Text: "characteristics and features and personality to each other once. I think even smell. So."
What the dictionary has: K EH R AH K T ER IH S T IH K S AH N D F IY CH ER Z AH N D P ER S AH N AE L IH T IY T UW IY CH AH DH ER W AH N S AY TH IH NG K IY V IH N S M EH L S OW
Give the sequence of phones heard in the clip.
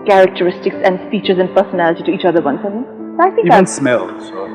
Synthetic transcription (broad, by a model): K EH R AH K T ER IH S T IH K S AH N D F IY CH ER Z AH N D P ER S AH N AE L IH T IY T UW IY CH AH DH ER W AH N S AY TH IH K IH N S M EH L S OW